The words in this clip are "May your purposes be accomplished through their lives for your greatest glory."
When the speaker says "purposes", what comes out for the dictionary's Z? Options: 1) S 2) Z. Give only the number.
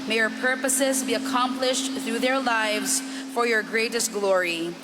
2